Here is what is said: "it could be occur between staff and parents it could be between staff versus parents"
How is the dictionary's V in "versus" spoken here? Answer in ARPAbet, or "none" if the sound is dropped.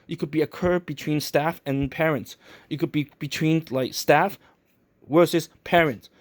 W